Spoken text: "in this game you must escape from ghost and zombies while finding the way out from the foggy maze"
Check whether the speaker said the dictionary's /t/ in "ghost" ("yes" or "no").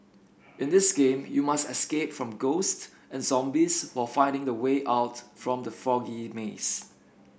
yes